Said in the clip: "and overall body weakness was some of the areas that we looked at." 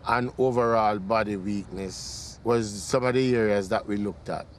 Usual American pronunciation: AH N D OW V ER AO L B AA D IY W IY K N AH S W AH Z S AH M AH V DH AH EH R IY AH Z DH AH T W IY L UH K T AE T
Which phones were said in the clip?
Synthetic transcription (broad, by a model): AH N OW V ER AO L B AA D IY W IY K N AH S W AH Z S AH M AH V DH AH EH R IY AH Z DH AH T W IY L UH K T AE T